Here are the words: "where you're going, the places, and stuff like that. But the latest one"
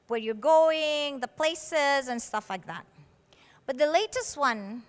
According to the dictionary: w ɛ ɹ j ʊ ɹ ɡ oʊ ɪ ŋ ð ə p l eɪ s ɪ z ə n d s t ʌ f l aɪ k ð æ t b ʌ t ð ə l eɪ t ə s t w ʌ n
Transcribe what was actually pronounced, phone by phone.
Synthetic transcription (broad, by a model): w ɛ ɹ j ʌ ɹ ɡ oʊ ɪ ŋ ð ə p l eɪ s ɪ z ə n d s t ʌ f l aɪ k ð æ t b ʌ t ð ə l eɪ t ə s t w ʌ n